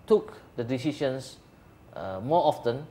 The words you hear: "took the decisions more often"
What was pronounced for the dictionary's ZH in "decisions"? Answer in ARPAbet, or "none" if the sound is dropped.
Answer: SH